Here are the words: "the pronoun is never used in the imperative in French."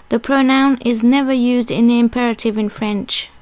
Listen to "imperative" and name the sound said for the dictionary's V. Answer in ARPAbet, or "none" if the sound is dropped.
V